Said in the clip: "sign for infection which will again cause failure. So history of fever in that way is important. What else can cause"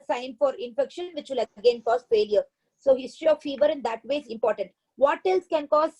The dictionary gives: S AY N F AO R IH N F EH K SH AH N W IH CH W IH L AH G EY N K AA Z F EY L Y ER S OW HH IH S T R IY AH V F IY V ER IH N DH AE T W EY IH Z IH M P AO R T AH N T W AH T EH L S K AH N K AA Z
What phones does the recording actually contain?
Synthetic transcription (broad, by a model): S AY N F AO R IH N F EH K SH AH N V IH CH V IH L AH G EY N K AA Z F EY L Y ER S OW HH IH S T R IY AH V F IY V ER IH N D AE T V EY IH Z IH M P AO R T AH N T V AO T EH L S K AH N K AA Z